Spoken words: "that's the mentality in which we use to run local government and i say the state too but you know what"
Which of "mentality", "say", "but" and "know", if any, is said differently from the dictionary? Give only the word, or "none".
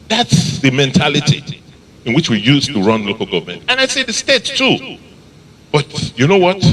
none